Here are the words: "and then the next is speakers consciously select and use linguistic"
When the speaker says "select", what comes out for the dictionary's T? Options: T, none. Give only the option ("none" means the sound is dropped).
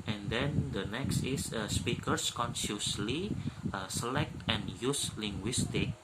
T